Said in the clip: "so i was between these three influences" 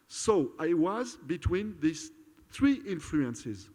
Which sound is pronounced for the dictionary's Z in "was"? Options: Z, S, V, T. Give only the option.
Z